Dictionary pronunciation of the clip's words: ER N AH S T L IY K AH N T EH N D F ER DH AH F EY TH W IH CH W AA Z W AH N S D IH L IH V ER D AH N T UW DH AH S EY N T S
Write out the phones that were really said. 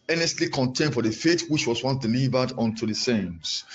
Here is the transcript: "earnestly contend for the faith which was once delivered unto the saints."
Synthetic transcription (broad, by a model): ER N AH S T L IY K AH N T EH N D F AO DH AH F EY T W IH CH W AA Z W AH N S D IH L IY V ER D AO N T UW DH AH S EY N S